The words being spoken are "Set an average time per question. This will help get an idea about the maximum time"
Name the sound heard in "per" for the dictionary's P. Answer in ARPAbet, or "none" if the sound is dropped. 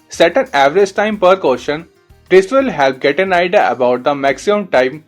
P